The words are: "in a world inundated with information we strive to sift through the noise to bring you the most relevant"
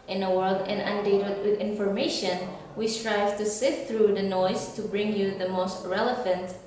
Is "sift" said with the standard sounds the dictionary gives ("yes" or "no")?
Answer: no